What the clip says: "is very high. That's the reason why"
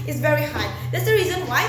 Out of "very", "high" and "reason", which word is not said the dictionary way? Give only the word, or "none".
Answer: none